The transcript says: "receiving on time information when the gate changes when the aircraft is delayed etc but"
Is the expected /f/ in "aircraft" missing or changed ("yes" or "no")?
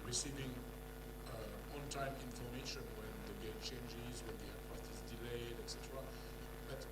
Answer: yes